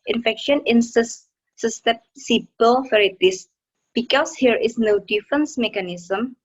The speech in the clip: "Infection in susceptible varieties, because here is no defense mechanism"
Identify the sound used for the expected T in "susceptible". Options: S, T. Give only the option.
S